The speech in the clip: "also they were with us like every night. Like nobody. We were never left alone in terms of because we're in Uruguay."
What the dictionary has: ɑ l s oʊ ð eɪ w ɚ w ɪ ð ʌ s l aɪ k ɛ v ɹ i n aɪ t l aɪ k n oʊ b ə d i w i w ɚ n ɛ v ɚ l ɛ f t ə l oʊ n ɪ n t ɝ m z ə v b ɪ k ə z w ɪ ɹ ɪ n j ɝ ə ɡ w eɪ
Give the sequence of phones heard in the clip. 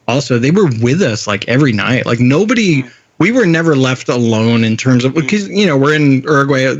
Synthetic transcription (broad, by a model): ɑ l s oʊ ð eɪ w ɚ w ɪ ð ʌ s l aɪ k ɛ v ɹ i n aɪ t l aɪ k n oʊ b ə d i w i w ɚ n ɛ v ɚ l ɛ f t ə l oʊ n ɪ n t ɝ m z ə v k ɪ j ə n w ɪ ɹ ɪ n ɝ ɡ w eɪ